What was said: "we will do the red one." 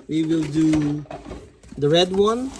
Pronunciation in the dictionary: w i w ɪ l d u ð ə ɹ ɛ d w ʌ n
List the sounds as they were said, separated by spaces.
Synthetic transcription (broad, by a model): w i w ɪ l d u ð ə ɹ ɛ d w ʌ n